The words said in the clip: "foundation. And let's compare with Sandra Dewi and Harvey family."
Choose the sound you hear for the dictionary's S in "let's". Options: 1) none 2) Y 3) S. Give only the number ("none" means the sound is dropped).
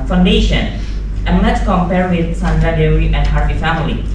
1